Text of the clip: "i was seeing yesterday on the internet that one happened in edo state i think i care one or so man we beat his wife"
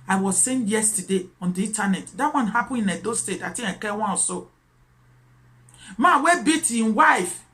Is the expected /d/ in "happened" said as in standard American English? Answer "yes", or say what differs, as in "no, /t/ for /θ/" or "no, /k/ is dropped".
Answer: no, /d/ is dropped